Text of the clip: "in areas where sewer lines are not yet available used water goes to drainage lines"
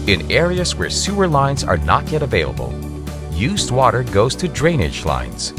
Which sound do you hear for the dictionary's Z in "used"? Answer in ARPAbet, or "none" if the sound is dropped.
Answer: Z